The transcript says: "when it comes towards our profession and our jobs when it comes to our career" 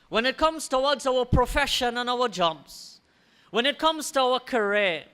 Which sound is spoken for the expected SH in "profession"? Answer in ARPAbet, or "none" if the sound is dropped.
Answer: SH